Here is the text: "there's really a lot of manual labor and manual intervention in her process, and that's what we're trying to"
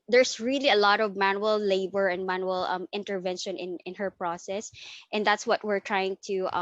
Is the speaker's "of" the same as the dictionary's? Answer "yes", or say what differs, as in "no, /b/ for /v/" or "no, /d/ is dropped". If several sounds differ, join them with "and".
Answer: yes